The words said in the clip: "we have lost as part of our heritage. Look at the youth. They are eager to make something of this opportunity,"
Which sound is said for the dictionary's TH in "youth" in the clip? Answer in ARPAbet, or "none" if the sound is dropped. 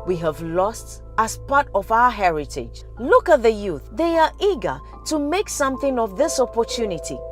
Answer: TH